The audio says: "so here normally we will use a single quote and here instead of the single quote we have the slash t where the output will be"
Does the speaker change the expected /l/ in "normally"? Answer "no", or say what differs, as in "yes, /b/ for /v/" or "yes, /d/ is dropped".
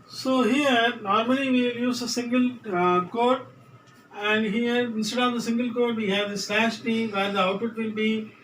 yes, /l/ is dropped